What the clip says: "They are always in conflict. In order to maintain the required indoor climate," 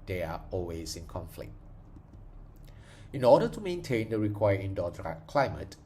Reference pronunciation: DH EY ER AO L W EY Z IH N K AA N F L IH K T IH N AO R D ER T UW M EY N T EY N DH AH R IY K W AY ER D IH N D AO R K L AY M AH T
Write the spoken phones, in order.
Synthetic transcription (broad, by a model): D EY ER AO L W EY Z IH N K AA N F L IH K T IH N AO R D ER T UW M EY N T EY N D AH R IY K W AY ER IH N D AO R K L AY M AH T